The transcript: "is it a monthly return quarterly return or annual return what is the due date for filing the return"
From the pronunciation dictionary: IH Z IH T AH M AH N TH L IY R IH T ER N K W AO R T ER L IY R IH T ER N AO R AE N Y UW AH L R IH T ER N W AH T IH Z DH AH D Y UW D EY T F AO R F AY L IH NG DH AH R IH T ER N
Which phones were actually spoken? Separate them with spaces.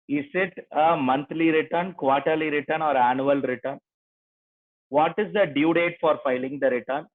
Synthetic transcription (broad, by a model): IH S IH T AH M AH N T L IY R IH T ER N K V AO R T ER L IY R IH T ER N AO R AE N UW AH L R IH T ER N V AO T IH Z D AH D Y UW D EY T F AO R F AY L IH NG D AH R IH T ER N